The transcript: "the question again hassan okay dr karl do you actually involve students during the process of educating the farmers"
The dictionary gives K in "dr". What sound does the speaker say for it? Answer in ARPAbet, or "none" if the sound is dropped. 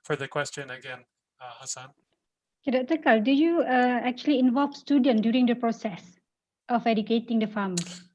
none